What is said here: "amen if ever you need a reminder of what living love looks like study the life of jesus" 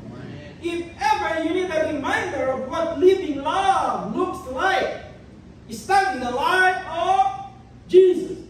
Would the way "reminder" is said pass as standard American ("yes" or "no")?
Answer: yes